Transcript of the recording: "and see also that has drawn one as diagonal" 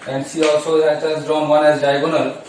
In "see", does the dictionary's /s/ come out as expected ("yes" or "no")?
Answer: no